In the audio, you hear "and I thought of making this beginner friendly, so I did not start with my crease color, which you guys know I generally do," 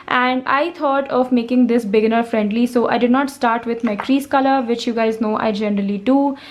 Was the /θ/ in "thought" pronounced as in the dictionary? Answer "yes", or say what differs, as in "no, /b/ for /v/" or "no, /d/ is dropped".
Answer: no, /t/ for /θ/